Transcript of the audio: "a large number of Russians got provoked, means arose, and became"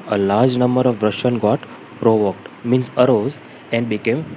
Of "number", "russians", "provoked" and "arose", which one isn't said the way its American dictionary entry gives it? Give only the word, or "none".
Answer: russians